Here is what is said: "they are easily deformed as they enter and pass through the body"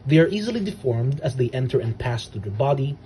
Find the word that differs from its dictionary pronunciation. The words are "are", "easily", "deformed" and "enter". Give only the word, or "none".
none